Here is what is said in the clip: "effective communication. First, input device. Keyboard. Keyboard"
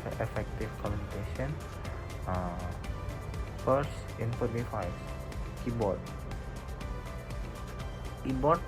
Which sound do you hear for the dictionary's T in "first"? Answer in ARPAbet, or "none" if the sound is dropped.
none